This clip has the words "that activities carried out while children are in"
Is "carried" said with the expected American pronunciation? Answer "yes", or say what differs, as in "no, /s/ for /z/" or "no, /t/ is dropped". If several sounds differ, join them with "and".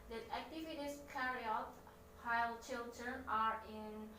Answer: no, /d/ is dropped